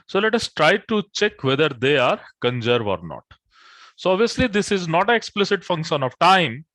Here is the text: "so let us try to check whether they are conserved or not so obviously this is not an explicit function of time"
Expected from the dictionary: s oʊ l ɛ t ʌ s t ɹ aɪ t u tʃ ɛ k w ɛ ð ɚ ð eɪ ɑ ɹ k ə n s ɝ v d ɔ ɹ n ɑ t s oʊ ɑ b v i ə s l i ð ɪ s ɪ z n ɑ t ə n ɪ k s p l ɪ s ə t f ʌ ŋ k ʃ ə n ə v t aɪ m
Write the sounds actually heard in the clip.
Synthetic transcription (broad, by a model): s oʊ l ɛ t ʌ s t ɹ aɪ t u tʃ ɛ k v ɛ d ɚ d eɪ ɑ ɹ k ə n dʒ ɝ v ɔ ɹ n ɑ t s oʊ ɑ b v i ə s l i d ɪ s ɪ z n ɑ t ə ɪ k s p l ɪ s ə t f ʌ ŋ k ʃ ə n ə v t aɪ m